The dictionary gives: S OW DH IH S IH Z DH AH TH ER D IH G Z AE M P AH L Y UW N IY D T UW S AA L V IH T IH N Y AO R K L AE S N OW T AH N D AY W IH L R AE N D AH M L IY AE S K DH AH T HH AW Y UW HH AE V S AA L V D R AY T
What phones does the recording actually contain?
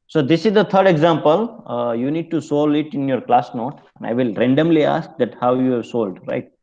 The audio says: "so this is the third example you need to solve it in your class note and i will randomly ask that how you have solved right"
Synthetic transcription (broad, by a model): S OW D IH S IH Z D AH T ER D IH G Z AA M P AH L Y UW N IY D T UW S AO L IH T IH N Y AO R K L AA S N OW T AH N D AY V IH L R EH N D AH M L IY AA S K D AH T HH AW Y UW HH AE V S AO L D R AY T